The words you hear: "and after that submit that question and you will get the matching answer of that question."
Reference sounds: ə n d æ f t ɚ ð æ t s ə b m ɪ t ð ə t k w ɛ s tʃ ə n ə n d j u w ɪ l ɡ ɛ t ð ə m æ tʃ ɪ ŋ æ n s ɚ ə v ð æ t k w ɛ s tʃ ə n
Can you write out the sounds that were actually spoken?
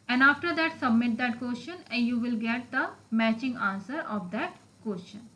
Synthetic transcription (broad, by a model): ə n d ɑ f t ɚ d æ t s ə b m ɪ t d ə t k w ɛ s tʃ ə n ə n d j u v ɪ l ɡ ɛ t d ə m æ tʃ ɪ ŋ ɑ n s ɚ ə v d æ t k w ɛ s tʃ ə n